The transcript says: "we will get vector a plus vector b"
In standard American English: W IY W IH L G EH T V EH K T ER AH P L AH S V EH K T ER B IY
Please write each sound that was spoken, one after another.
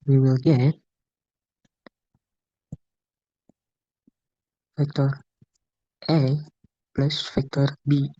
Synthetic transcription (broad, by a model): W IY W IH L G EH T F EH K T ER AH P L AH S F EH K T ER B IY